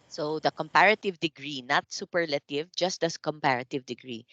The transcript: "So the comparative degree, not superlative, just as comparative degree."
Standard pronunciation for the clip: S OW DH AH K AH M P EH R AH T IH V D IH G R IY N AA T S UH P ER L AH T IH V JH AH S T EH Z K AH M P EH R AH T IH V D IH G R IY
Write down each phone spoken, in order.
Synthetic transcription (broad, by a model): S OW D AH K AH M P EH R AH T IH V D IH G R IY N AA T S UH P ER L AH T IH V JH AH S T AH S K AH M P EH R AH T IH V D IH G R IY